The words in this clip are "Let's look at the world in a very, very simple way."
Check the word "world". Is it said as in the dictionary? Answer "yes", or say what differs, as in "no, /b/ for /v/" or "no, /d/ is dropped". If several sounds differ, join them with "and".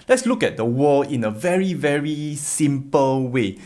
no, /d/ is dropped